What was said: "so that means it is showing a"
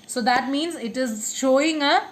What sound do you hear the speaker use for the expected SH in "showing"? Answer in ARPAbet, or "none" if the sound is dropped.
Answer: SH